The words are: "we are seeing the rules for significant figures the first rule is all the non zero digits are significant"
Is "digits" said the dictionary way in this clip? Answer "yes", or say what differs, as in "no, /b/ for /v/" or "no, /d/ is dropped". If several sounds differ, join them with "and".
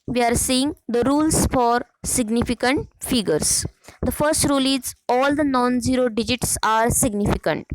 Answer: yes